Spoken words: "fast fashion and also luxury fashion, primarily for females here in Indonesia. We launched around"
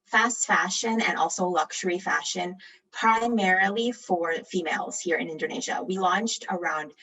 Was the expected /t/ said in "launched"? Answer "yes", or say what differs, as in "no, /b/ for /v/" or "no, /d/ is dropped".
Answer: yes